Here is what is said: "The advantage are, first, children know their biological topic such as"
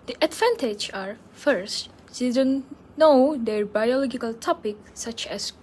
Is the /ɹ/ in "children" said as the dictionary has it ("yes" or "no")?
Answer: no